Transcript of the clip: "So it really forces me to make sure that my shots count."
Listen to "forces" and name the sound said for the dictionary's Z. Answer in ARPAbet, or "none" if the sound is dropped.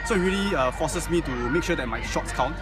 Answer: S